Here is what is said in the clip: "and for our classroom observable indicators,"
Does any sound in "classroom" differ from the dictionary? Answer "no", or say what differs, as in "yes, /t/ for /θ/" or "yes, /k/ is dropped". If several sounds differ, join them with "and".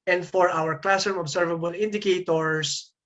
yes, /ɹ/ is dropped